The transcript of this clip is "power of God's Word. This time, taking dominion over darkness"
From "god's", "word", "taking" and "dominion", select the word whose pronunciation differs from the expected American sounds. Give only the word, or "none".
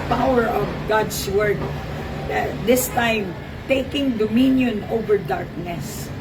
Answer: god's